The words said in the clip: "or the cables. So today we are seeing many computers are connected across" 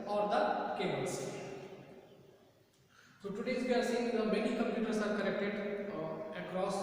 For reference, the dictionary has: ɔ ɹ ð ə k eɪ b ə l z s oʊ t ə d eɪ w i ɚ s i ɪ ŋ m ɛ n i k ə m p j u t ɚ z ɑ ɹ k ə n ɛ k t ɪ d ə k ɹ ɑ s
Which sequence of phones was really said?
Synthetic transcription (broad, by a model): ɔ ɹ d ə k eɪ ə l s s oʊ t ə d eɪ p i ɚ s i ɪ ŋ m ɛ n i k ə m p j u t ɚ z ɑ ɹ k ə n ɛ k t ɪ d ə k ɹ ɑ s